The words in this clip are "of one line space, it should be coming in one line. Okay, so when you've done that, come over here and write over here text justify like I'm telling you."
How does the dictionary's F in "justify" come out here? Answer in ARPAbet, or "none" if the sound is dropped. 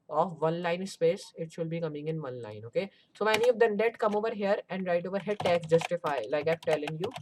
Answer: F